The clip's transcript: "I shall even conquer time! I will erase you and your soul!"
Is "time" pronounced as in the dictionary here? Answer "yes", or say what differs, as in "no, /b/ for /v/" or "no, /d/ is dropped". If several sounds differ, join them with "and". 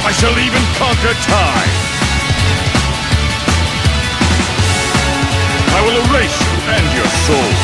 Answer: no, /m/ is dropped